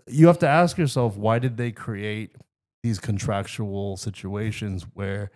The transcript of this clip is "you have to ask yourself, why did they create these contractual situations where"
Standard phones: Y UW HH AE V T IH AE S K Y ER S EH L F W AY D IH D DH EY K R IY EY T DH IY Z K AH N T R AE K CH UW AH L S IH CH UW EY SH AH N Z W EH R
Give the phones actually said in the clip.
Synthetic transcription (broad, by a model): Y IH HH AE F T IH AE S K Y ER S EH L F W AY D IH D DH EY K R IY EY T DH IY Z K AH N T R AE K CH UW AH L S IH CH UW EY SH AH N Z W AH R